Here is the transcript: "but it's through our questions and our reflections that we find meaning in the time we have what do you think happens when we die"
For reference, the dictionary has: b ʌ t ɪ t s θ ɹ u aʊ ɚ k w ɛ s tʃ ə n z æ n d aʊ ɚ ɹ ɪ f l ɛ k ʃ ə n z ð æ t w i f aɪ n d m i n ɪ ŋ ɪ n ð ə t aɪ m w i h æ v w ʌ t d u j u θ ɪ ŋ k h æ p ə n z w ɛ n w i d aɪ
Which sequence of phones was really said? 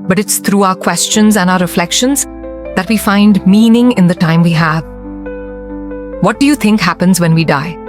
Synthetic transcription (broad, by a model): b ʌ t ɪ t s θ ɹ u aʊ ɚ k w ɛ s tʃ ə n z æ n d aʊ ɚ ɹ ɪ f l ɛ k ʃ ə n z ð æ t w i f aɪ n d m i n ɪ ŋ ɪ n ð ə t aɪ m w i h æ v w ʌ t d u j u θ ɪ ŋ k h æ p ə n z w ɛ n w i d aɪ